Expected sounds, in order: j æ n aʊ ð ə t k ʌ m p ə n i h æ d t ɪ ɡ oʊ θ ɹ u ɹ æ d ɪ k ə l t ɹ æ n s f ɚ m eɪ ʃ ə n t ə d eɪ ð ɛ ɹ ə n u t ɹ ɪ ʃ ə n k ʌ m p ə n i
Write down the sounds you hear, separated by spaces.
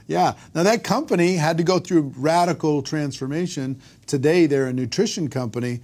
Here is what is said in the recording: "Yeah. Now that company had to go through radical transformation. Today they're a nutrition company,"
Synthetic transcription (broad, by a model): j æ n aʊ ð ə t k ʌ m p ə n i h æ d t ɪ ɡ oʊ θ ɹ u ɹ æ d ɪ k l t ɹ æ n s f ɚ m eɪ ʃ ə n t ə d eɪ ð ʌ ɹ ə n u t ɹ ɪ ʃ ə n k ʌ m p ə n i